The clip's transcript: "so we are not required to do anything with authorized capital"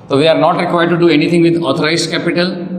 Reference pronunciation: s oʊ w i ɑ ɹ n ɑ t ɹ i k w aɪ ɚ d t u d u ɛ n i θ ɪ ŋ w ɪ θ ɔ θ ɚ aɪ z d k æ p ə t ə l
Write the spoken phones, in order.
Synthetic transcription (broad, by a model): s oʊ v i ɑ ɹ n ɑ t ɹ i k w aɪ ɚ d t u d u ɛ n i t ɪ ŋ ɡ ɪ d ɔ t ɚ aɪ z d k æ p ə t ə l